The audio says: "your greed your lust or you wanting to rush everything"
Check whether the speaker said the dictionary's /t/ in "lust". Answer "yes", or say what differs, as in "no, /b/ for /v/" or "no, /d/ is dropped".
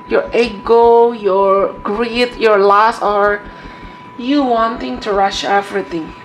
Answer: no, /t/ is dropped